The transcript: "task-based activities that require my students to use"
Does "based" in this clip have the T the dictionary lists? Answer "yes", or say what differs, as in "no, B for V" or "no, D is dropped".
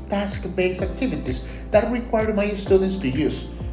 no, T is dropped